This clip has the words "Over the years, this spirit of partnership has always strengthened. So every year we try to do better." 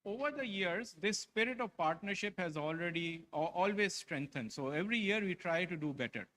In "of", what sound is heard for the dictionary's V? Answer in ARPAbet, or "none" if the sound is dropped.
V